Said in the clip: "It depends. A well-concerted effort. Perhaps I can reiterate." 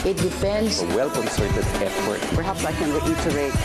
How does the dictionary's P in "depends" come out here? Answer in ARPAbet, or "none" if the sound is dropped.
F